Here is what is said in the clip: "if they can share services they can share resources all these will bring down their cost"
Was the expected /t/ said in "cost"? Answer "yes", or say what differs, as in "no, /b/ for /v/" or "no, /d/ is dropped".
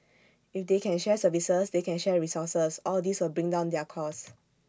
no, /t/ is dropped